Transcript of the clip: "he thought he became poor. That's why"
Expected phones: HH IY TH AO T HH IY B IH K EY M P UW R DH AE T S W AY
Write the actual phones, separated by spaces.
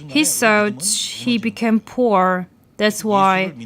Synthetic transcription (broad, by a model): HH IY S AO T HH IY B IH K EY M P UW R DH AE T S W AY